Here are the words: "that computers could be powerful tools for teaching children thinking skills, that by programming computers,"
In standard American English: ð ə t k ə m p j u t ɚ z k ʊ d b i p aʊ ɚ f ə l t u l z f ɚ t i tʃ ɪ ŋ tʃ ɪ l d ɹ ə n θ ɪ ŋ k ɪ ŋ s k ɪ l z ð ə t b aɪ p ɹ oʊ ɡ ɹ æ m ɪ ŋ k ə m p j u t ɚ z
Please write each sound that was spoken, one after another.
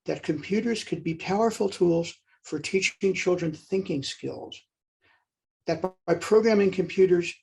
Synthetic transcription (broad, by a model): ð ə t k ə m p j u t ɚ z k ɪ d b i p aʊ ɚ f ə l t u l z f ɚ t i tʃ ɪ ŋ tʃ ɪ l d ɹ ə n θ ɪ ŋ k ɪ ŋ s k ɪ l z ð ə t b aɪ p ɹ oʊ ɡ ɹ æ m ɪ ŋ k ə m p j u t ɚ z